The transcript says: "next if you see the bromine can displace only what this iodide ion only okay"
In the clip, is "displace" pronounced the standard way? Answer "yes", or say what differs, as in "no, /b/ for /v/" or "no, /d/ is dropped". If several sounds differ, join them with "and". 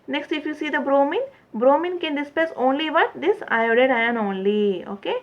no, /l/ is dropped